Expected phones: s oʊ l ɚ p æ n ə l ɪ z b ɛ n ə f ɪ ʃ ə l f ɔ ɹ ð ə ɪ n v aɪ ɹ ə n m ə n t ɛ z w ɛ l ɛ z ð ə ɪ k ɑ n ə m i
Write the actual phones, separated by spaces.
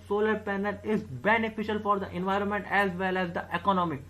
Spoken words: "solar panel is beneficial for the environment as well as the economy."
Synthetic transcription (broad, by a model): s oʊ l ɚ p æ n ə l ɪ z b ɛ n ə f ɪ ʃ ə l f ɔ ɹ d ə ɪ n v aɪ ɹ ə n m ə n t ɛ z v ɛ l ɛ z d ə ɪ k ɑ n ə m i